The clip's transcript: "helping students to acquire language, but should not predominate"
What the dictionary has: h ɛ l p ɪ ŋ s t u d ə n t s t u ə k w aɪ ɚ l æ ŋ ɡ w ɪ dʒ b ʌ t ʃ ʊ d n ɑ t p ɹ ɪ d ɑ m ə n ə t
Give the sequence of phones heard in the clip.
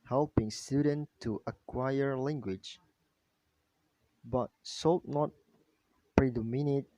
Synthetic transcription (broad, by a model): h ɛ l p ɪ ŋ s t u d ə n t t u ə k w aɪ ɚ l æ ŋ ɡ w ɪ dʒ b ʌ t s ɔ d n ɑ t p ɹ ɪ d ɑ m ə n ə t